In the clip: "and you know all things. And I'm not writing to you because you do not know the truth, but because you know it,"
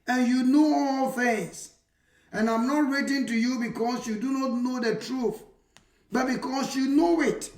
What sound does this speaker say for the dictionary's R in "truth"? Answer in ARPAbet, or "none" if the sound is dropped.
R